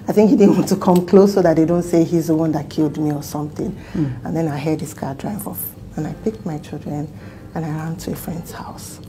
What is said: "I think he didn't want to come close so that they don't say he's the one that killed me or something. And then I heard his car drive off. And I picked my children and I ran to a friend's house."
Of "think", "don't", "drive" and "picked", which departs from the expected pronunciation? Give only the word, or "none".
none